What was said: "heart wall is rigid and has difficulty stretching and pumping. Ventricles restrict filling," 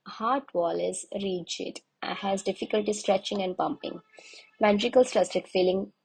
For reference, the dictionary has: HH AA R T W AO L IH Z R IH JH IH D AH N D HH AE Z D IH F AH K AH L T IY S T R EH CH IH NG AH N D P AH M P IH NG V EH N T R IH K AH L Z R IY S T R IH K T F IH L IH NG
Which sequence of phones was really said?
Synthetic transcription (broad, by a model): HH AA R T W AO L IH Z R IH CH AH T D HH AE Z D IH F AH K AH L T IY S T R EH CH IH NG AH N D P AH M P IH NG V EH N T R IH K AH L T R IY S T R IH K F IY L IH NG